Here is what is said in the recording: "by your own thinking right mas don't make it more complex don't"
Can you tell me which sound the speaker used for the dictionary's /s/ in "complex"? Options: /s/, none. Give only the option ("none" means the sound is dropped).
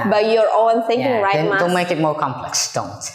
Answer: /s/